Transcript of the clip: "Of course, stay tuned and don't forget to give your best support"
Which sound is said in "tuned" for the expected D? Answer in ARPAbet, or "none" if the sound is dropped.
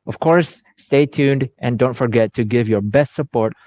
D